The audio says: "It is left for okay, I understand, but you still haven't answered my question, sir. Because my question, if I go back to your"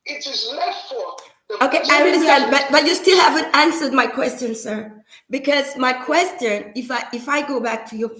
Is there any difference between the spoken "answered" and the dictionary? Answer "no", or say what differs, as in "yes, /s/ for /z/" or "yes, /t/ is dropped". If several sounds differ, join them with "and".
no